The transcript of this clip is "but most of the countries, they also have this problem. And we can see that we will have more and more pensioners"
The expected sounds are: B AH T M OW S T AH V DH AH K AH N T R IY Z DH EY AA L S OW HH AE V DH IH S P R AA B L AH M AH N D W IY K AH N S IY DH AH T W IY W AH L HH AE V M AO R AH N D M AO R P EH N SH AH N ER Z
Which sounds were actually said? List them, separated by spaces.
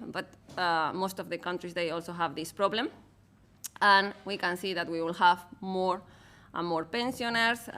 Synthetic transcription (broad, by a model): B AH T M OW S T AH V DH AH K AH N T R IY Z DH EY AA L S OW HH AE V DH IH S P R AA B L AH M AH N W IY K AH N S IY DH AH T W IY W AH L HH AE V M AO R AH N M AO R P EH N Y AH N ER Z